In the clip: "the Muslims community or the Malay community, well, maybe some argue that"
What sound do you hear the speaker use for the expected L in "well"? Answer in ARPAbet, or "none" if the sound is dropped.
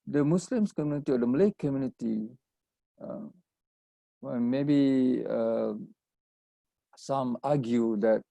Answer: N